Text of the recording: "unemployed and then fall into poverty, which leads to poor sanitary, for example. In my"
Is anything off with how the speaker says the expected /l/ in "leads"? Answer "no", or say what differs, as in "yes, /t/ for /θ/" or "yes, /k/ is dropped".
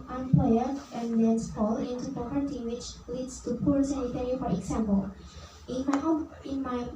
yes, /w/ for /l/